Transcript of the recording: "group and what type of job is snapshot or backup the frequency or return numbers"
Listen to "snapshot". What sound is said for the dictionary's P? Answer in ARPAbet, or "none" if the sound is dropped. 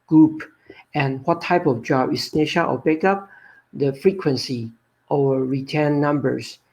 none